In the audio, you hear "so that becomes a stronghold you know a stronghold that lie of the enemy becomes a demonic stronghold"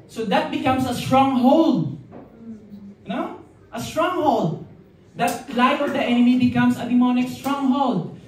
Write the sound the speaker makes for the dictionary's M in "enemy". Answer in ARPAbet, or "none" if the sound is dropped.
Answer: M